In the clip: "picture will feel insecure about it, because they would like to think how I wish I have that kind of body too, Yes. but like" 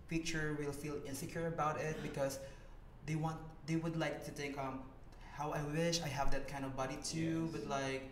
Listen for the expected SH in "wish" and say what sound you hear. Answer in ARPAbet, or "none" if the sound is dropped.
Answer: SH